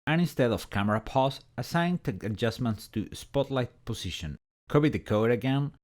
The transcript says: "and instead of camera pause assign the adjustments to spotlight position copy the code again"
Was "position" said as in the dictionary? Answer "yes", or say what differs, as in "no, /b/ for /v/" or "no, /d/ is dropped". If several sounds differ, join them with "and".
no, /s/ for /z/